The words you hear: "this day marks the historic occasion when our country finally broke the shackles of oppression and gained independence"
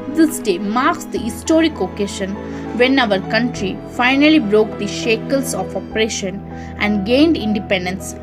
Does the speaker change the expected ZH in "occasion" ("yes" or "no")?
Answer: yes